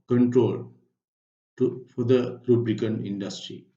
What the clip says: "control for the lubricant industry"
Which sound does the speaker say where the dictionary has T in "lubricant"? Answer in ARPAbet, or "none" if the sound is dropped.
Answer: none